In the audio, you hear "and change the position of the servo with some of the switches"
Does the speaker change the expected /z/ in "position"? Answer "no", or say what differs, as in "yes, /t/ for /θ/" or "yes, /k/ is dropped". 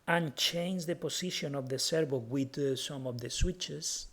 yes, /s/ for /z/